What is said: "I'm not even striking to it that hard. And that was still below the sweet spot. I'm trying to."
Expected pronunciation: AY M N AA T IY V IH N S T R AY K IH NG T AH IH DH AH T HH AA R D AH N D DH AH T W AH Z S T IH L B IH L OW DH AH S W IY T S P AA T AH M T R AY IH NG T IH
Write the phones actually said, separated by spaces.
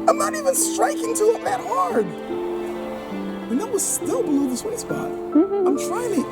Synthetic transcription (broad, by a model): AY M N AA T IY V IH N S T R AY K IH NG T AH IH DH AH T HH AA R D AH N DH AH T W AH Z S T IH L B IH L OW DH AH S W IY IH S B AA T AH M T R AY IH NG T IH